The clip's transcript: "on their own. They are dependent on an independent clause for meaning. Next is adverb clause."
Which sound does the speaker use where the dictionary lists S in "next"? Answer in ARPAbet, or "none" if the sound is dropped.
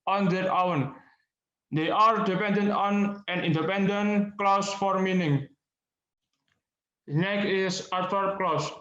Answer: none